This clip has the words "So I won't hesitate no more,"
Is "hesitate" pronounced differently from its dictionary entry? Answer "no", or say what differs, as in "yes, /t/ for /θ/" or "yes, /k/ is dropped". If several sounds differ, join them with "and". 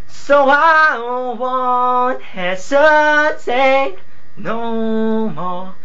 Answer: yes, /s/ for /z/